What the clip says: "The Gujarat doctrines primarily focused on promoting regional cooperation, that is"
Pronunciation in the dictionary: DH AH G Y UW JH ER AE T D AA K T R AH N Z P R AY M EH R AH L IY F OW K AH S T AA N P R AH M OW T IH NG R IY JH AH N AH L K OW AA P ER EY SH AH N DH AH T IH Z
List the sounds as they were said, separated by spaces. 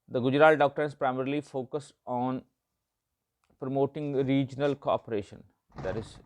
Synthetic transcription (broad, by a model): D AH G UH JH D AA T D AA K T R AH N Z P R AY M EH R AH L IY F OW K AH S AA N P R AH M OW T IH NG R IY JH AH N AH L K OW AA P ER EY SH AH N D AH T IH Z